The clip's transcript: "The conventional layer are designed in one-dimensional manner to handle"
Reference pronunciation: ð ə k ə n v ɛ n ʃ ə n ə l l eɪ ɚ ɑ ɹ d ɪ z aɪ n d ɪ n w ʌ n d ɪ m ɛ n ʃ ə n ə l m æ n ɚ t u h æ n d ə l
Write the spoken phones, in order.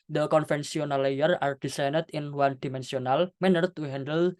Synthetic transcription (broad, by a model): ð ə k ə n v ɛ n s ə n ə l l eɪ ɚ ɑ ɹ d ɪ s aɪ n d ɪ n w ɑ n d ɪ m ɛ n s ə n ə l m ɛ n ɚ t u h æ n d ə l